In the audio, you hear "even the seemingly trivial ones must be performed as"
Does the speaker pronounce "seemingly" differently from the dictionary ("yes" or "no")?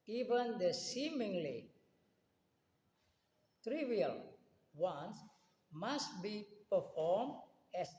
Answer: no